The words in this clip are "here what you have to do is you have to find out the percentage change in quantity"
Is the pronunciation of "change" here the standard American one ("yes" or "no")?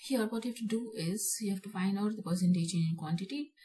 no